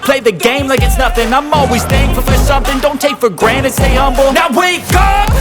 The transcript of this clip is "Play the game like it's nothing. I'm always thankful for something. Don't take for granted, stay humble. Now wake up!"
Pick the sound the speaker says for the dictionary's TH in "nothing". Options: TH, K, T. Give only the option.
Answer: TH